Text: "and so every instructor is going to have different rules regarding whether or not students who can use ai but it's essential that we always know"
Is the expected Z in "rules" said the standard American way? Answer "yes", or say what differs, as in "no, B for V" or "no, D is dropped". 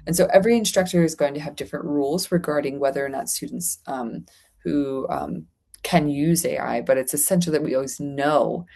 yes